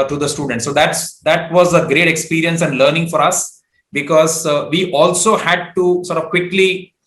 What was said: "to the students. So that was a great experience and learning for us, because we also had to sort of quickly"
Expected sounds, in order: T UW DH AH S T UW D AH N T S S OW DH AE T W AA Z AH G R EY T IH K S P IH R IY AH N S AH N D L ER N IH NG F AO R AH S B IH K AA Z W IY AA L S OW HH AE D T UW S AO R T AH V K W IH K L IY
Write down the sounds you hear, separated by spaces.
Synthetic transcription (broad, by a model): T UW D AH S T UW D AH N T S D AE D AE T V AA Z AH G R EY T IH K S P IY R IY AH N S AH N D L ER N IH NG F AO R AH S B IH K AA Z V IY AA L S OW HH AE D T UW S AO R T AH V K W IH K L IY